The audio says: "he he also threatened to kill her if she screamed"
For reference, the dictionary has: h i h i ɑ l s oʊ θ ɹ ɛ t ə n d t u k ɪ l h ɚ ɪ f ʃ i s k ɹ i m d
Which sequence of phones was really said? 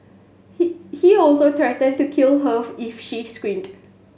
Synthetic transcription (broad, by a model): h h i ɑ l s oʊ t ɹ ɛ t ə n t u k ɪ l h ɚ ɪ f ʃ i s k w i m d